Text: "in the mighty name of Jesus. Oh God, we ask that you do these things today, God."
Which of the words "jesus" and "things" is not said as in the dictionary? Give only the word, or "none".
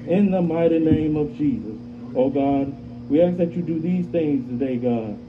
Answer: none